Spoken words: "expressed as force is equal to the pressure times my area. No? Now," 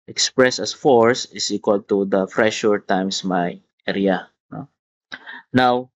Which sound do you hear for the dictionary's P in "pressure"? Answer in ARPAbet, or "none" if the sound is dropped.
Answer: F